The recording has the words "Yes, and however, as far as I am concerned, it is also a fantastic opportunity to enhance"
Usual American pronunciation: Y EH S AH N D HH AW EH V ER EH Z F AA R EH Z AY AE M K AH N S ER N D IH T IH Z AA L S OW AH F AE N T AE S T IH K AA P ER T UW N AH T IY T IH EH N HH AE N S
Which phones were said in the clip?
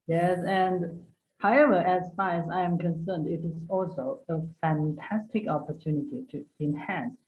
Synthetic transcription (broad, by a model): Y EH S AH N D HH AW EH V ER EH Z F AA R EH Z AY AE M K AH N S ER N D IH T IH Z AA L S OW AH F AE N T AE S T IH K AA P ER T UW N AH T IY T IH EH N HH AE N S